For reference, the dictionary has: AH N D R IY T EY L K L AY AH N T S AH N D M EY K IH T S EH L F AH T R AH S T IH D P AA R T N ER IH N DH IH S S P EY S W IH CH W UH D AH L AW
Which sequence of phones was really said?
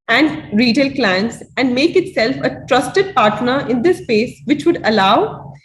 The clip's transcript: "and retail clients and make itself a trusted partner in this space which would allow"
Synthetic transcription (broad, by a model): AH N D R IY T EY L K L AY AH N T S AH N D M EY K IH T S EH L F AH T R AH S T IH D P AA R T N ER IH N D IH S S P EY S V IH CH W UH D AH L AW